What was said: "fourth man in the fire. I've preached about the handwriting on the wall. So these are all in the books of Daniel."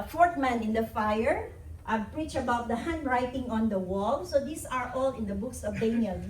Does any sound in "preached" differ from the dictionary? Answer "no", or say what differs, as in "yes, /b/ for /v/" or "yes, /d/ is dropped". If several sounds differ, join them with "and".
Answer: yes, /t/ is dropped